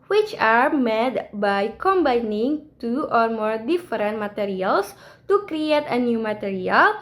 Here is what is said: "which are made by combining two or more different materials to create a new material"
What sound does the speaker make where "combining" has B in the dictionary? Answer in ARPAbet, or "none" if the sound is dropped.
B